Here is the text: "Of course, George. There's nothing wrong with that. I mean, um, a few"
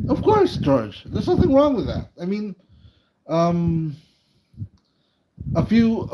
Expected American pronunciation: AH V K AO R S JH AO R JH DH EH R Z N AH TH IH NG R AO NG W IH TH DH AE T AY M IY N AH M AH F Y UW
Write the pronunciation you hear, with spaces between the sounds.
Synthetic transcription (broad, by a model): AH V K AO R S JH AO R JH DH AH R Z N AH TH IH NG R AO NG W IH DH AE T AY M IY N AH M AH F Y UW